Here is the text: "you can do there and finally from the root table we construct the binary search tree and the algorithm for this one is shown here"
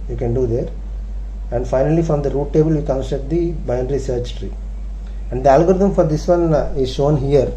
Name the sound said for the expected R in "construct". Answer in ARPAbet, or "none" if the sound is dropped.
none